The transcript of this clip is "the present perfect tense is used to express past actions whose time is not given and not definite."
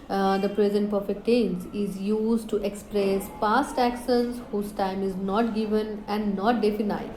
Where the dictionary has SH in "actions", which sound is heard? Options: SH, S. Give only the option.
S